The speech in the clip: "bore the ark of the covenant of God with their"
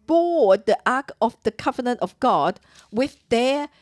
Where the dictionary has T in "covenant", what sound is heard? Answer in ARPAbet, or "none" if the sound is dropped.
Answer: T